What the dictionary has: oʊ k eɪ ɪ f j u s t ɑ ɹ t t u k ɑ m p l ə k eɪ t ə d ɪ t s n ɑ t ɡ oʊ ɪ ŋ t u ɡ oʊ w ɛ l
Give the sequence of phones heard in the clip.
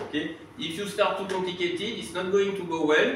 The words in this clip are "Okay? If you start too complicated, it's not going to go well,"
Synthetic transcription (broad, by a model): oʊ k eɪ ɪ f j u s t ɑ ɹ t t u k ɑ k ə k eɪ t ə ɪ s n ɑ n ɡ oʊ ɪ ŋ t u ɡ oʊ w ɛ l